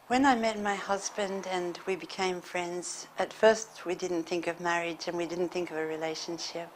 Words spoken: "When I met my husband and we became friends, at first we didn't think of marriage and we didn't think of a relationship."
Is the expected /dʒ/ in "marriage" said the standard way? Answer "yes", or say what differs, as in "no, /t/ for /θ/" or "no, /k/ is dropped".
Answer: yes